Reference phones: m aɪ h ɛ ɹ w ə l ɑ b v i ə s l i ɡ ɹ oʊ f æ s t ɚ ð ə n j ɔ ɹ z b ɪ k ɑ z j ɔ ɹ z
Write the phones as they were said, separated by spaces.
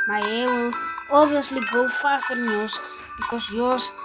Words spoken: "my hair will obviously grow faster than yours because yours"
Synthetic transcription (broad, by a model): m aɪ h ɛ w ə l ɑ b v i ə s l i ɡ oʊ f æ s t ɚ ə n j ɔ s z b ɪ k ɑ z j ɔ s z